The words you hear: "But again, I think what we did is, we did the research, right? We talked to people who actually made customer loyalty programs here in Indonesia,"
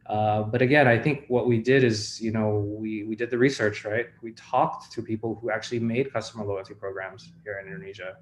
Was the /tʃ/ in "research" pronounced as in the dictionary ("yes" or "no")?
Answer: yes